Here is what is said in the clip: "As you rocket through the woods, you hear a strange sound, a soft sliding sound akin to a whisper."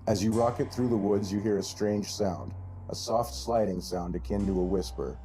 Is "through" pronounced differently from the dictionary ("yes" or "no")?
no